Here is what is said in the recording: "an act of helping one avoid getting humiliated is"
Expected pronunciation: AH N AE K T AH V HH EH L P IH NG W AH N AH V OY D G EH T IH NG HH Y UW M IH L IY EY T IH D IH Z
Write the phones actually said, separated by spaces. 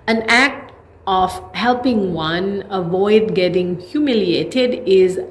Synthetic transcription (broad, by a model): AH N AE K T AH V HH EH L P IH NG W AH N AH V OY D G EH T IH NG HH Y UW M IH L IY EY T IH D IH Z